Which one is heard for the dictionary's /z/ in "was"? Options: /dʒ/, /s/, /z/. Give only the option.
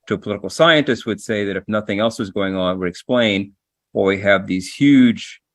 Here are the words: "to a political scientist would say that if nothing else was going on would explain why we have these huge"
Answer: /z/